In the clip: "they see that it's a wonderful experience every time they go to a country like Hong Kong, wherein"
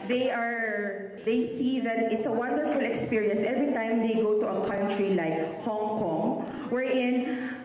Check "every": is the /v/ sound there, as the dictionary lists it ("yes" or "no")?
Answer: yes